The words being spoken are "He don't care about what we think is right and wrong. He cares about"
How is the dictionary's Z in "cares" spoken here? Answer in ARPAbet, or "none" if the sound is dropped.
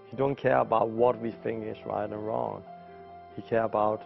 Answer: none